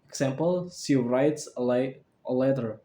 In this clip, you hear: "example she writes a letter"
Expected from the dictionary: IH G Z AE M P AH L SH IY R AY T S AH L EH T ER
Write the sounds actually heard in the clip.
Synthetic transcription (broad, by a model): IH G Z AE M P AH L S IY R AY T S AH L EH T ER